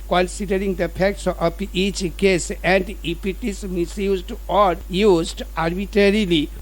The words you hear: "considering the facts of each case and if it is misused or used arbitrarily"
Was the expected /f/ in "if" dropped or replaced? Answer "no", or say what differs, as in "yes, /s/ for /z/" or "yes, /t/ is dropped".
yes, /p/ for /f/